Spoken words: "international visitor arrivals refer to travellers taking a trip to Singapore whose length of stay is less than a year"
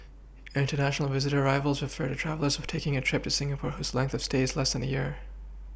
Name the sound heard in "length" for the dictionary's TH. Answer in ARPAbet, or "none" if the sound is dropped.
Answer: TH